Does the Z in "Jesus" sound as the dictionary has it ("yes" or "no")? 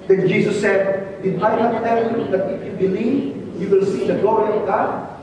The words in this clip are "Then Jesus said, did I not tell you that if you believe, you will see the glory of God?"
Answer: no